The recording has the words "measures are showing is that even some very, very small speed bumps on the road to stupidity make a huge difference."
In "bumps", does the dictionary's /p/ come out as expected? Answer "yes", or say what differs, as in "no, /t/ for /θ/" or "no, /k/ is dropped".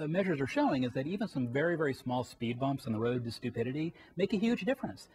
yes